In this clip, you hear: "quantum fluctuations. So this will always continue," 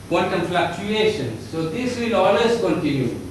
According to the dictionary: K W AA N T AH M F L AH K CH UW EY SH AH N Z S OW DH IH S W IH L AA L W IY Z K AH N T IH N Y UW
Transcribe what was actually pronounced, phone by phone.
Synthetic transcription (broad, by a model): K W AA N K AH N F L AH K CH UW EY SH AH N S OW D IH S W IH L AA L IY S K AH N T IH N Y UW